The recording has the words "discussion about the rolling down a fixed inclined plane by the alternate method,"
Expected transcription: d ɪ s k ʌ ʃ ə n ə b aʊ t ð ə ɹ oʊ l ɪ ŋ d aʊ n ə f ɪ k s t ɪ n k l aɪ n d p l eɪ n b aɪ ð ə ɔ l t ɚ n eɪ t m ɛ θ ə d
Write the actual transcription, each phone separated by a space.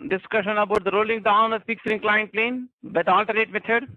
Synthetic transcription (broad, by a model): d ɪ s k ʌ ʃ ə n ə b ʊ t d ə ɹ oʊ l ɪ ŋ d aʊ n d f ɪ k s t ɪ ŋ k l aɪ n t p l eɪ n b aɪ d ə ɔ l t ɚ eɪ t m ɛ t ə d